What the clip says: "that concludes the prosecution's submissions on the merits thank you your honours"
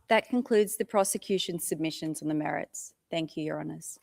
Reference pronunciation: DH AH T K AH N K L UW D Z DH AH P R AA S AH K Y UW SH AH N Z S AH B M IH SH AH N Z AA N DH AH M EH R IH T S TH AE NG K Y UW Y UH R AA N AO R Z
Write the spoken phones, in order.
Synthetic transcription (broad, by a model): DH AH T K AH N K L UW D Z DH AH P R AA S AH K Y UW SH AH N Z S AH B M IH SH AH N Z N DH AH M EH R IH T S TH AE NG K Y UW Y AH R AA N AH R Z